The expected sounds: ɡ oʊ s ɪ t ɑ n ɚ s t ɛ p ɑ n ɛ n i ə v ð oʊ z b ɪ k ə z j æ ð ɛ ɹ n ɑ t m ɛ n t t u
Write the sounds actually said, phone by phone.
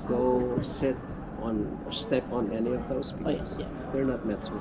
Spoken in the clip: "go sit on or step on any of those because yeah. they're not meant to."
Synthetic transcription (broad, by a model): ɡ oʊ s ɪ t ɑ n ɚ s t ɛ p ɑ n ɛ n i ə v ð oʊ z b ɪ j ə s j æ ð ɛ ɹ n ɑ t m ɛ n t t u